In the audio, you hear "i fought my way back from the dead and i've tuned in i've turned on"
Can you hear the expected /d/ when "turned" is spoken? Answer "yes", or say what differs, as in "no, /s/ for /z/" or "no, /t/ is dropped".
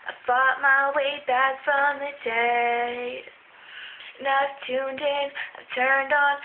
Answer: yes